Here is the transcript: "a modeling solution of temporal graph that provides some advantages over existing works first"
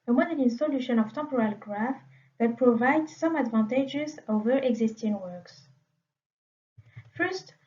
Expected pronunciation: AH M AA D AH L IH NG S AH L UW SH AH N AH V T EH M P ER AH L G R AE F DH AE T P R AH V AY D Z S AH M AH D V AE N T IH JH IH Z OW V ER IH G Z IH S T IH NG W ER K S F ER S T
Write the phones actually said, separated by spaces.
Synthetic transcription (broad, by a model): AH M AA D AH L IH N S AH L UW SH AH N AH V T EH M P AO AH L G R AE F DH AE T P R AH V AY D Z S AH M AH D V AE N T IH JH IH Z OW V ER IH G Z IH S T IH NG W ER K S F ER S T